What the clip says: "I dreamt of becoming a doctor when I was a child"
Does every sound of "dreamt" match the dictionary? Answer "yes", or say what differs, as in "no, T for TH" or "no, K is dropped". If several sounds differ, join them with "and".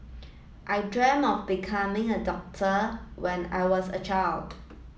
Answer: no, T is dropped